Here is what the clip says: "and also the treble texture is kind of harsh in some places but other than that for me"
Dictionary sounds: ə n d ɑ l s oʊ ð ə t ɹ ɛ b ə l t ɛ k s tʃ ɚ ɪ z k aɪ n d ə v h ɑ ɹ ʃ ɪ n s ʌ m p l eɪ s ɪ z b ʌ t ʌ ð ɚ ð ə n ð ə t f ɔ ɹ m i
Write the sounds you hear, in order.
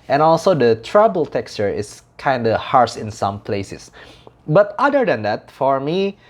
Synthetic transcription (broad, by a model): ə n ɑ l s oʊ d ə t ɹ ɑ b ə l t ɛ k s tʃ ɚ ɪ s k aɪ n d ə h ɑ ɹ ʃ ɪ n s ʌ m p l eɪ s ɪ s b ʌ t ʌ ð ɚ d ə n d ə t f ɔ ɹ m i